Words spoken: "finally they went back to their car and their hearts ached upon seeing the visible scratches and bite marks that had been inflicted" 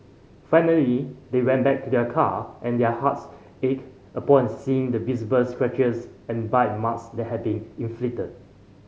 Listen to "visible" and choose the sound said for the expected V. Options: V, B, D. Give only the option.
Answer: B